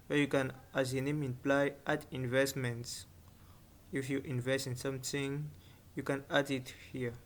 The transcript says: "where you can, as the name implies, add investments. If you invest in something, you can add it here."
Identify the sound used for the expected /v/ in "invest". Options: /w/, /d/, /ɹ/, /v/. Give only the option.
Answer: /v/